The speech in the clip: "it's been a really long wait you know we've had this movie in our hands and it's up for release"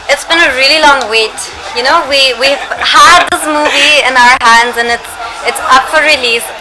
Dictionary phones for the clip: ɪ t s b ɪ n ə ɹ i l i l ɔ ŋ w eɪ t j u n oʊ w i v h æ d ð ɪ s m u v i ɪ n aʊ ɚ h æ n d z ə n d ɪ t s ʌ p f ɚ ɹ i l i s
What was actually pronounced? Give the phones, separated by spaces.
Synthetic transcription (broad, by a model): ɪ t s b ɪ n ə ɹ i l i l ɔ ŋ w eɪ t j u n oʊ w i w h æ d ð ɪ s m u v i ɪ n aʊ ɚ h æ n d z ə n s ɪ t s ʌ p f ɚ ɹ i l i s